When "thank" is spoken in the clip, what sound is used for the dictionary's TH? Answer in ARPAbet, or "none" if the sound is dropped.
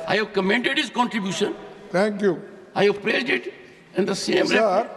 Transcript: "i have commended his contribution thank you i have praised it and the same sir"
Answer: T